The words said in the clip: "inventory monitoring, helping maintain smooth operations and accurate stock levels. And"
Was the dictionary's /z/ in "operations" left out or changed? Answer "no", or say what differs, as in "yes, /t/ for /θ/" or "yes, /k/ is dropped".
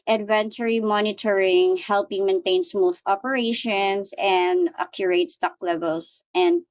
yes, /s/ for /z/